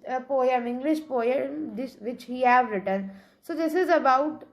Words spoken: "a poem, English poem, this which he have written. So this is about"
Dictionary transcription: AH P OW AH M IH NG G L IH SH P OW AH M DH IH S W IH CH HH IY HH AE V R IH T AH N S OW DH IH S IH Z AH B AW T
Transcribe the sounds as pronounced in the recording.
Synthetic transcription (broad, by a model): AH P OW AH M IH NG G L IH SH P OW AH M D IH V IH CH HH IY HH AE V R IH T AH N S OW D IH S IH Z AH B AW T